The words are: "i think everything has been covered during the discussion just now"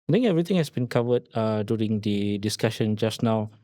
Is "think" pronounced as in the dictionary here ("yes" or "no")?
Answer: no